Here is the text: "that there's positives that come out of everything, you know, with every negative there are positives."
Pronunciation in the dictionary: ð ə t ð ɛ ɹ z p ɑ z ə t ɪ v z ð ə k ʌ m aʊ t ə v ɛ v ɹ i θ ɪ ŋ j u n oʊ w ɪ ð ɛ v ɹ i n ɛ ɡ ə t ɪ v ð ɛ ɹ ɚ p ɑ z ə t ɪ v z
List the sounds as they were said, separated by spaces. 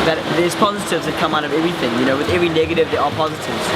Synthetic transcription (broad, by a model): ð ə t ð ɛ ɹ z p ɑ z ə t ɪ v z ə k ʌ m aʊ t ə v ɛ v ɹ i θ ɪ ŋ j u n oʊ w ɪ ð ɛ v ɹ i n ɛ ɡ ə t ɪ v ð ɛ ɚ p ɑ z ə t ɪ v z